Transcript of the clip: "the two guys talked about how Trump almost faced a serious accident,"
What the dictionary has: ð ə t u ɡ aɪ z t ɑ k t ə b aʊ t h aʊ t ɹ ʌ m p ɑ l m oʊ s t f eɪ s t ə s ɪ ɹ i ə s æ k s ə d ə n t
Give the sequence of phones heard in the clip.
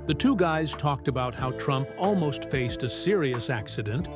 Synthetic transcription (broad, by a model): ð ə t u ɡ aɪ z t ɑ k t ə b aʊ t h aʊ t ɹ ʌ m p ɑ l m oʊ s t f eɪ s t ə s ɪ ɹ i ə s æ k s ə d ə n t